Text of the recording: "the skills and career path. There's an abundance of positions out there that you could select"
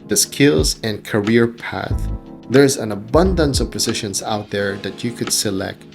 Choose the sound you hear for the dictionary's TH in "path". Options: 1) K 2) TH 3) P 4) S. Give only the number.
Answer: 2